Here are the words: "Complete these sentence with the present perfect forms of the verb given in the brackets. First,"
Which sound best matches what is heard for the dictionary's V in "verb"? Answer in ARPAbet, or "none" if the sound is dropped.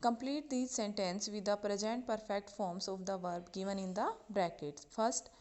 V